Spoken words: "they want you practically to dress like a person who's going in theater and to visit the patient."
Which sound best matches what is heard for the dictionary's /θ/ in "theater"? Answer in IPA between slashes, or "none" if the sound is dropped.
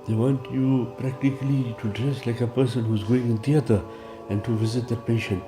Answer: /t/